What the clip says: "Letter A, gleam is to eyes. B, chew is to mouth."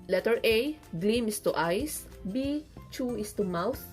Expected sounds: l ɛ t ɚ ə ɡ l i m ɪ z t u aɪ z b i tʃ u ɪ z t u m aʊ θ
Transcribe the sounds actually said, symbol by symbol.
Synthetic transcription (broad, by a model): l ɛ t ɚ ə ɡ l i m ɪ s t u aɪ s b i tʃ u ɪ s t u m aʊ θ